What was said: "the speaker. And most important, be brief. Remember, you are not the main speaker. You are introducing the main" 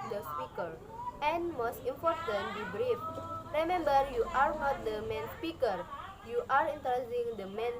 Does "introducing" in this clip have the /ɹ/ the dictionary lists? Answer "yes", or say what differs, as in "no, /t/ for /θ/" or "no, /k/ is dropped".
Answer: no, /ɹ/ is dropped